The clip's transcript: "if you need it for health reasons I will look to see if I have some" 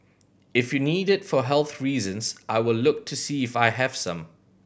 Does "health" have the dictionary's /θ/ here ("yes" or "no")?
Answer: yes